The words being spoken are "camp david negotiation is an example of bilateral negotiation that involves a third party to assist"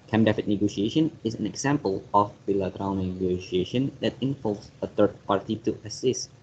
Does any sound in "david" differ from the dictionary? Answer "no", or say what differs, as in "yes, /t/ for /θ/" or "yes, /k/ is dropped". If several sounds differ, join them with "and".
yes, /f/ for /v/